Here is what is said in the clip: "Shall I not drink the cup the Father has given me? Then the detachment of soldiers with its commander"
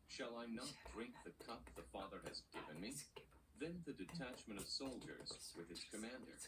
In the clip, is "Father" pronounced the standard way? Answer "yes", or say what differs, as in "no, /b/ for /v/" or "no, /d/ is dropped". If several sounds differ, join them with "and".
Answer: yes